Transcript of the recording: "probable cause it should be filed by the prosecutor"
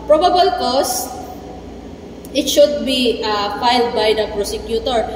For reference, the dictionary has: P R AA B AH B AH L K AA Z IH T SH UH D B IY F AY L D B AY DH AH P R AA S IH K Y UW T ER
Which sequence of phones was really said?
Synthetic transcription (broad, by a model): P R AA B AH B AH L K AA S IH T SH UH D B IY F AY L D B AY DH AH P R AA S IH K Y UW T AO